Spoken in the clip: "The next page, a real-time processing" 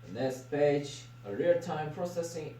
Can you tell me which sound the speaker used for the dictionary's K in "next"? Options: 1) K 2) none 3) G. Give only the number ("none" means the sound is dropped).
2